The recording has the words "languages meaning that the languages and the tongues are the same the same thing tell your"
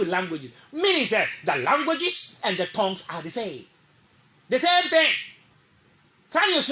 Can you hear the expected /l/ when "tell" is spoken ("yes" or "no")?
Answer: no